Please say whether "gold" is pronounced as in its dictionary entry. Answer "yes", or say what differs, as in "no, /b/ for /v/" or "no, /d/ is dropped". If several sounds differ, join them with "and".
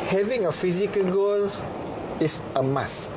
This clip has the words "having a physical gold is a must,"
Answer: no, /d/ is dropped